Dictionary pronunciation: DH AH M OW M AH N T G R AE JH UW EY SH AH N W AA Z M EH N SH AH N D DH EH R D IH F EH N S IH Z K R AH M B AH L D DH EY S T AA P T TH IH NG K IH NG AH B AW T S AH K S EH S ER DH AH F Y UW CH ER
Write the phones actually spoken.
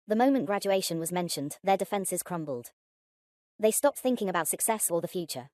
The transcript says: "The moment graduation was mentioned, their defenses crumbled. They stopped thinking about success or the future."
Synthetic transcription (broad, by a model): DH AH M OW M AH N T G R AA JH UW EY SH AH N W AA Z M EH N SH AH N DH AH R D IH F EH N S IH Z K R AH M B AH L D DH EY S T AA P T TH IH NG K IH NG AH B AW T S AH K S EH S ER DH AH F Y UW CH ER